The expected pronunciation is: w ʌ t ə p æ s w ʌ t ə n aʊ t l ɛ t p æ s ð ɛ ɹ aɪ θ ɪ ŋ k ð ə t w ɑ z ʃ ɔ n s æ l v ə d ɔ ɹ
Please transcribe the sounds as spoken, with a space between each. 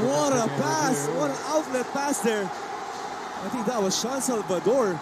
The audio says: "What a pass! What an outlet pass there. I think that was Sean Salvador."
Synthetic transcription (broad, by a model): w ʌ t ə p æ s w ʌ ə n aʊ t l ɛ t p æ s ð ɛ ɹ aɪ t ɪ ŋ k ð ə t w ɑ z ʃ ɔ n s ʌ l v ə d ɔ ɹ